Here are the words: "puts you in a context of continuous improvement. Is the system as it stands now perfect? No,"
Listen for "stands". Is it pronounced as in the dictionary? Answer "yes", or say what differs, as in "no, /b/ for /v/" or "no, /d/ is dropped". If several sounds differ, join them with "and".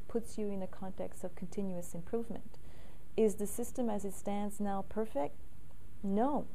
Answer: yes